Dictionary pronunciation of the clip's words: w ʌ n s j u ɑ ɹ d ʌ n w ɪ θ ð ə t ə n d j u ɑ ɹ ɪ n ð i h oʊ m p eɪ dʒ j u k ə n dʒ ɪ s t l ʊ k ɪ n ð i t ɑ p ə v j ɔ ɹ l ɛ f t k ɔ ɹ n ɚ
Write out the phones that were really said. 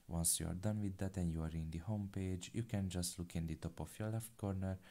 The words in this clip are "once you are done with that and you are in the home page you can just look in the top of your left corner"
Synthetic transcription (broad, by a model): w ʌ n s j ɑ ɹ d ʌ n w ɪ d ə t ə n j u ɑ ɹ ɪ n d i h oʊ m p eɪ dʒ j u k ə n dʒ ɪ s t l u k ɪ n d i t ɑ p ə f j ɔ l ɛ f t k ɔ ɹ n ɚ